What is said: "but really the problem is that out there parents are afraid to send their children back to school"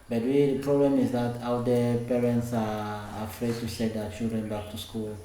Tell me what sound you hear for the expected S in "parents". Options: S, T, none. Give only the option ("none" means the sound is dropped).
S